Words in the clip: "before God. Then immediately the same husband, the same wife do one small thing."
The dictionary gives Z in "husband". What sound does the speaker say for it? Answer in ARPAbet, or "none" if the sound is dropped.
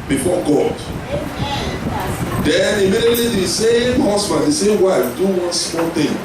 S